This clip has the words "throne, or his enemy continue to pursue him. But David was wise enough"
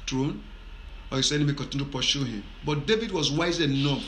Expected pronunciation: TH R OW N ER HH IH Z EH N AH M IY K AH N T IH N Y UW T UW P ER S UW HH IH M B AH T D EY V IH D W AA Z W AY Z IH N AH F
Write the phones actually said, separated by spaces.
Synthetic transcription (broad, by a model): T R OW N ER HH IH S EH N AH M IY K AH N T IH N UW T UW P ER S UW HH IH M B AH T D EY V IH D W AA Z W AY Z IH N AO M